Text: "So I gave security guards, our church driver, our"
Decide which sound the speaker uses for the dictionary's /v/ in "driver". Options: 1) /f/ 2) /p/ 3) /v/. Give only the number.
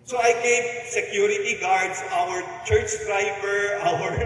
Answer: 2